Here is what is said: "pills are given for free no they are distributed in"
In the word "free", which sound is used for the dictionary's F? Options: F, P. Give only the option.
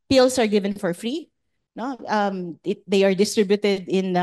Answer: F